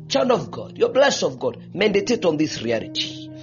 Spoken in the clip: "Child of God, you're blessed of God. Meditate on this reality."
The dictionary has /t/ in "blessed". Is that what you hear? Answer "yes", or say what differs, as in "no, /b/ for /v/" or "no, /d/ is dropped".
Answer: no, /t/ is dropped